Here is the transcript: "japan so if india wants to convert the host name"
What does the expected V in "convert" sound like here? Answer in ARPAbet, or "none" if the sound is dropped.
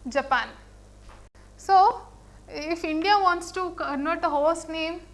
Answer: none